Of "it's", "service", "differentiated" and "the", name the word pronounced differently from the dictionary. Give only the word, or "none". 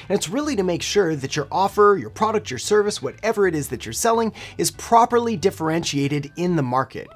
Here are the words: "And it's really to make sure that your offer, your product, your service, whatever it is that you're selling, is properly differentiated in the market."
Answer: none